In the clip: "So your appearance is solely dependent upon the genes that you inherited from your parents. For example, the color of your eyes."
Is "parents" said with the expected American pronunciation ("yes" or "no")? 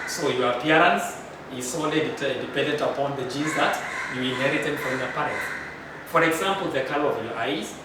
no